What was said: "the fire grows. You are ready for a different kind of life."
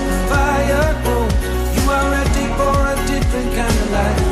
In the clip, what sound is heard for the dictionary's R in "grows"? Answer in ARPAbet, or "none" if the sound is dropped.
none